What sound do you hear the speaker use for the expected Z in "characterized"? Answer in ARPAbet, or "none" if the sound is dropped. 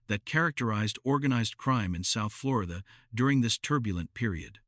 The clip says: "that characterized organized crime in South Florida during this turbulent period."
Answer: Z